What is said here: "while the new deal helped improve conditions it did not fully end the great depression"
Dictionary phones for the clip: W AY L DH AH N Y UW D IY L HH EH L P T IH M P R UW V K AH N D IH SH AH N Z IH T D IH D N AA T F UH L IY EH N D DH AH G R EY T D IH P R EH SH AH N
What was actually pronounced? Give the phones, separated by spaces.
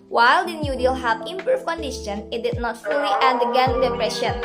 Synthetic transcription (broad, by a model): W AY L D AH N Y UW D IY L HH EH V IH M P UW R K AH N D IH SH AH N IH T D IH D N AA T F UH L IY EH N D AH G EY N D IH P R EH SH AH N